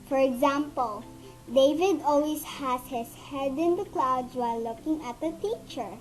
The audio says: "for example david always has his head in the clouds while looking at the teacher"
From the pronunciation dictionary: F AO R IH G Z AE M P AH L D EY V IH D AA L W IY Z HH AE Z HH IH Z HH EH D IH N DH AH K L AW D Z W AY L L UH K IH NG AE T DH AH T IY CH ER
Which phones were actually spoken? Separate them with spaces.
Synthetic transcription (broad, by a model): F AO R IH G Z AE M P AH L D EY V IH D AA L W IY S HH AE S HH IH S HH EH D IH N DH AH K L AW D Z W AY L L UH K IH NG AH T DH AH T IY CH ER